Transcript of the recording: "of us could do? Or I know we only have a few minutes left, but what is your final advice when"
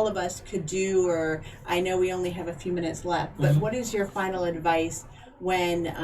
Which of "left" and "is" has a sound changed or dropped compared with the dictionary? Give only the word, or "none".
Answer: none